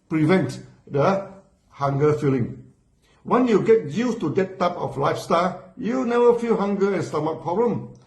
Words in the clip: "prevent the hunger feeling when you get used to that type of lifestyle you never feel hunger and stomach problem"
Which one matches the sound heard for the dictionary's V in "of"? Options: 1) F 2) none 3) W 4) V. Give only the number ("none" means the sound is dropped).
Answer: 1